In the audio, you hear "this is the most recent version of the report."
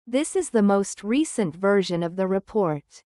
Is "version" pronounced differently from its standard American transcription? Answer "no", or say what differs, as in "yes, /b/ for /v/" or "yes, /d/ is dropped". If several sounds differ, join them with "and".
no